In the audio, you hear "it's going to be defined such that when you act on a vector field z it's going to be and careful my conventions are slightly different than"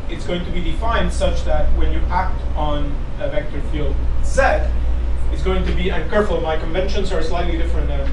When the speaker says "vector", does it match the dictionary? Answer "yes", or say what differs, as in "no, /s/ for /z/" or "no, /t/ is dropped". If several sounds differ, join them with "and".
yes